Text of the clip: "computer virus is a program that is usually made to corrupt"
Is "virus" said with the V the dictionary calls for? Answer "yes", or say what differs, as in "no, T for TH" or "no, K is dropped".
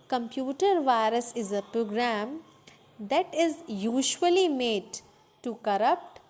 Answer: yes